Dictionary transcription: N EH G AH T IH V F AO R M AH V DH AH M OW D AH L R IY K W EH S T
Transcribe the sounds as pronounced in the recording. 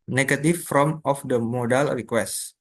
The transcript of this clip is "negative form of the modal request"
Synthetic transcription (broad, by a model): N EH G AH T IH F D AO M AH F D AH M OW D AH L R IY K W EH S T